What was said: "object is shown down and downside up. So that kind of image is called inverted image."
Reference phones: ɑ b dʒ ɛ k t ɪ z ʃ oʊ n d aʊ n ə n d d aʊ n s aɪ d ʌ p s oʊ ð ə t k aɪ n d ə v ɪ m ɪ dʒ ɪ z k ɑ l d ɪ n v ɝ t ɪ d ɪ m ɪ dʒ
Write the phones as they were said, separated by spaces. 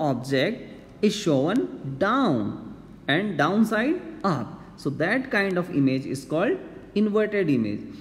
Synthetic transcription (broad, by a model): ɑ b dʒ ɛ k t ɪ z ʃ oʊ n d aʊ n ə n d d aʊ n s aɪ d ʌ p s oʊ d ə t k aɪ n d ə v ɪ m ɪ dʒ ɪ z k ɑ l d ɪ n v ɝ t ɪ d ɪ m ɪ dʒ